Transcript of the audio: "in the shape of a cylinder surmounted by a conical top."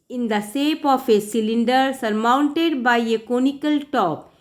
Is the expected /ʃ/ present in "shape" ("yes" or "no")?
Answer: no